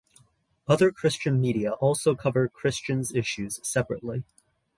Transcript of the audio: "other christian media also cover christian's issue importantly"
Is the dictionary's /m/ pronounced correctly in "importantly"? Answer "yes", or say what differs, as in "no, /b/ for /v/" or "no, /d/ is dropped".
no, /m/ is dropped